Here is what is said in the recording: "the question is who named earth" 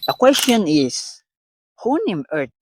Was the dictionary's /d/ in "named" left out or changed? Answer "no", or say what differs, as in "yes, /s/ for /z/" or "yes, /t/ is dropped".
yes, /d/ is dropped